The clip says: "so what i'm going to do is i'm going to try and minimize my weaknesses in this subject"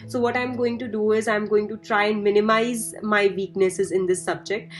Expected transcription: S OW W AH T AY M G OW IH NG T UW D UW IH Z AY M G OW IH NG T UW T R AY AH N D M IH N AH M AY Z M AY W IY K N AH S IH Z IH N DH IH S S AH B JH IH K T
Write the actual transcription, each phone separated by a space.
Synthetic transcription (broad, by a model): S OW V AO T AY M G OW IH NG T UW D UW IH Z AY M G OW IH NG T UW T R AY AH N D M IH N AH M AY Z M AY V IY K N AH S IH Z IH N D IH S S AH B JH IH K T